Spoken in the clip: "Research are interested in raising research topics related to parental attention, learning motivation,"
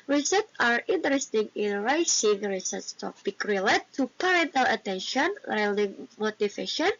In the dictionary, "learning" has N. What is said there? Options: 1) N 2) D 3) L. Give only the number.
3